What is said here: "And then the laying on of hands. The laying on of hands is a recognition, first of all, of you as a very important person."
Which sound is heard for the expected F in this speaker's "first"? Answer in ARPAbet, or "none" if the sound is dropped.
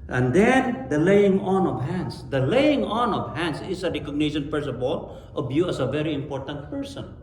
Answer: P